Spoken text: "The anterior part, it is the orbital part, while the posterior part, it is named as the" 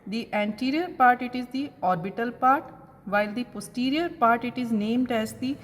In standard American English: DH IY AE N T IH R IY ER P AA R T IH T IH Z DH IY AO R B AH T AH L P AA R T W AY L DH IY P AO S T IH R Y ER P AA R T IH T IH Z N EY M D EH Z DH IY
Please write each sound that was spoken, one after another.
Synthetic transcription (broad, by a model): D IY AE N T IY R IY ER P AA R T IH T IH Z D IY AO R B AH T AH L P AA R T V AY L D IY P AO S T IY R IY ER P AA R T IH T IH Z N EY M D EH Z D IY